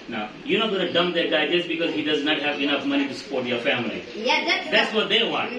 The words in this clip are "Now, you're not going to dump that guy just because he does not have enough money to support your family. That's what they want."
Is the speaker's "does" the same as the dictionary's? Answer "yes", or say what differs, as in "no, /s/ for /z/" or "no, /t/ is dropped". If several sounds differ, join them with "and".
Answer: yes